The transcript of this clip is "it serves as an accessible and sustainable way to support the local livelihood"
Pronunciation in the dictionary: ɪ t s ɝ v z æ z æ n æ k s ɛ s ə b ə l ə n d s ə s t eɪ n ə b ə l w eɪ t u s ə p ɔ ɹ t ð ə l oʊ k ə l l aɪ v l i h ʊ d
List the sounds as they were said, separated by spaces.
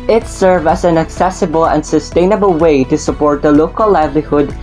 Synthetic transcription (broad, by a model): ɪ t s ɝ v æ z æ n æ k s ɛ s ə b ə l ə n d s ə s t eɪ n ə b ə l w eɪ t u s ə p ɔ ɹ t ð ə l oʊ k ə l l aɪ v l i h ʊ d